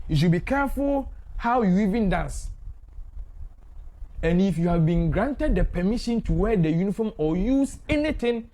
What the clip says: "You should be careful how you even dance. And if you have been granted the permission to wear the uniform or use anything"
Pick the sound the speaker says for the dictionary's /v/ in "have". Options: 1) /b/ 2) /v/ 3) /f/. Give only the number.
2